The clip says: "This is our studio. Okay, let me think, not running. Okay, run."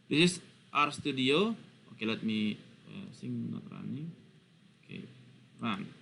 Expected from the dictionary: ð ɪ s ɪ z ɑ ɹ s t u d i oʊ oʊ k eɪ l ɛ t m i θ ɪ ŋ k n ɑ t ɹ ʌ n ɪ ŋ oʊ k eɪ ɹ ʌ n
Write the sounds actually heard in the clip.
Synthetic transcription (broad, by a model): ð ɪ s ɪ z ɑ ɹ s t u d i oʊ oʊ k eɪ l ɛ t m i s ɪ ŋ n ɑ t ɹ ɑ n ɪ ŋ oʊ k eɪ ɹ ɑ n